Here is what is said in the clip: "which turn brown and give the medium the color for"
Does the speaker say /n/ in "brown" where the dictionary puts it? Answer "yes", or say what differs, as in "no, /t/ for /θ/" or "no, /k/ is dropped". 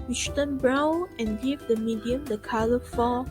no, /n/ is dropped